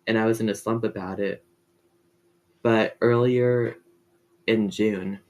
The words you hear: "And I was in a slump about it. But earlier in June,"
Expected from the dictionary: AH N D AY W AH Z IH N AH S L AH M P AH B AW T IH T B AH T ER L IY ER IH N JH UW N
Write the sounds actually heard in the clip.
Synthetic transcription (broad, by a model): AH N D AY W AH Z IH N AH S L AH M P AH B AW T IH T B AH T ER L IY ER IH N JH UW N